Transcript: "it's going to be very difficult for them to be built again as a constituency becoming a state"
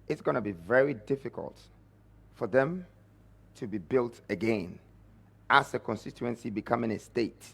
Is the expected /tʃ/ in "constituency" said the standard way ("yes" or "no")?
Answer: yes